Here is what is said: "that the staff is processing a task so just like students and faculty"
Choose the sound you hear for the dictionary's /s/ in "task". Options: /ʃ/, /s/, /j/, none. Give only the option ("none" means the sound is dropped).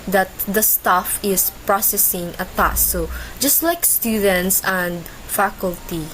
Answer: none